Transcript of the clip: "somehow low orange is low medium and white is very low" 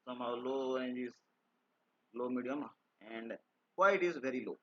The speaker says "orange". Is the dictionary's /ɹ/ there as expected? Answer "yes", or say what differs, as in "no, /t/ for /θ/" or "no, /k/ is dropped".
no, /ɹ/ is dropped